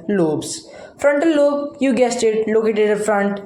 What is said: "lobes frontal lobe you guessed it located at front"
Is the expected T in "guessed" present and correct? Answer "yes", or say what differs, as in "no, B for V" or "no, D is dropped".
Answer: yes